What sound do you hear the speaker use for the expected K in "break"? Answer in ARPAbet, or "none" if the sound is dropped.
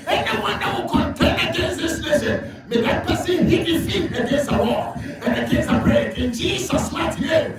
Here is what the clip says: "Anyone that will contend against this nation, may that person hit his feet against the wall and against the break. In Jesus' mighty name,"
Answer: none